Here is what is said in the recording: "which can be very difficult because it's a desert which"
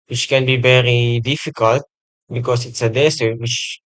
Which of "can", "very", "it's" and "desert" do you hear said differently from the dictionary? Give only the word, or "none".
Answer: desert